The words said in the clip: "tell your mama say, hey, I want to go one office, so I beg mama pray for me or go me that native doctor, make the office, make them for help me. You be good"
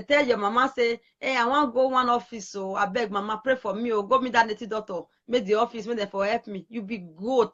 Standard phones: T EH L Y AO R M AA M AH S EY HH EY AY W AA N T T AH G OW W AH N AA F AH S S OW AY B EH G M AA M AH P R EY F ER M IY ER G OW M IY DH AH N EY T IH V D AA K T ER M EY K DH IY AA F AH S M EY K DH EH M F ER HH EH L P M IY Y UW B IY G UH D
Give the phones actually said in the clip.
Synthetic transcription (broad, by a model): T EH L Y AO M AA M AH S EY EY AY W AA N G OW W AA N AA F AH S S OW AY B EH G M AA M AH P R EY F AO M IY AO G OW M IY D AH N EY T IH D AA T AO M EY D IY AA F AH S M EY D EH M F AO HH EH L P M IY Y UW B IY G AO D